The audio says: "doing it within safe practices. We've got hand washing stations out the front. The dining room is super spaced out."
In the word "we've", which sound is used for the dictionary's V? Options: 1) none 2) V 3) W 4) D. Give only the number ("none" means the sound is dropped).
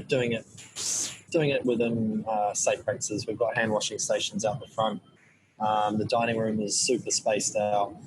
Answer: 2